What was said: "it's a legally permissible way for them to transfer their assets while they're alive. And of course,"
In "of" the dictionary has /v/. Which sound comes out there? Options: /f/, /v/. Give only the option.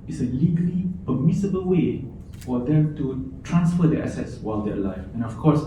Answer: /f/